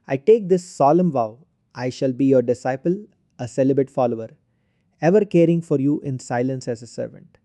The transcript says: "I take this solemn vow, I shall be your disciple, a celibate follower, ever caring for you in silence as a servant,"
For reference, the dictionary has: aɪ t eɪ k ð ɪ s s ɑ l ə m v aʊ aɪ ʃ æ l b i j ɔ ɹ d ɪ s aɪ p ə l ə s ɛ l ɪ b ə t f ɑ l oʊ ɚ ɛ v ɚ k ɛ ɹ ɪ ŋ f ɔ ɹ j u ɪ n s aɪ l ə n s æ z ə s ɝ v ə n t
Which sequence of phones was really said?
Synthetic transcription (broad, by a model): aɪ t eɪ k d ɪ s s ɑ l ə m v aʊ aɪ ʃ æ l b i j ɔ ɹ d ɪ s aɪ p ə l ə s ɛ l ɪ b ə t f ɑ l oʊ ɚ ɛ v ɚ k ɛ ɹ ɪ ŋ f ɔ ɹ j u ɪ n s aɪ l ə n s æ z ə s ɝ v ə n t